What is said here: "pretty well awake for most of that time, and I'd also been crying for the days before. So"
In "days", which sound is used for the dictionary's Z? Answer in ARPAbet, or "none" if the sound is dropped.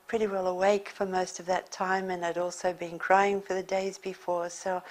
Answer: Z